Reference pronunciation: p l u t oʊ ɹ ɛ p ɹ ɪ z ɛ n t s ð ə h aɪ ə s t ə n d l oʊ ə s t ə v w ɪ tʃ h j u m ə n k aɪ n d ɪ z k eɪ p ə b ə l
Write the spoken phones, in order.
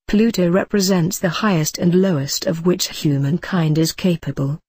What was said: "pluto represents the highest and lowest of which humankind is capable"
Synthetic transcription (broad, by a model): p l u t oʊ ɹ ɛ p ɹ ɪ z ɛ n t s ð ə h aɪ ə s t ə n l oʊ ə s t ə v w ɪ tʃ h j u m ə n k aɪ n d ɪ z k eɪ p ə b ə l